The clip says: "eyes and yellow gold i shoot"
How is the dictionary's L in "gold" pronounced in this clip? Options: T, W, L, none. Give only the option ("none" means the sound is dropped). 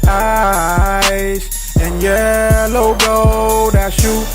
none